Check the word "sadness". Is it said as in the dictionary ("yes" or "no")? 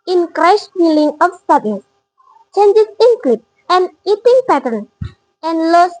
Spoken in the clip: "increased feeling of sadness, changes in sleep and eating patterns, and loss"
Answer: no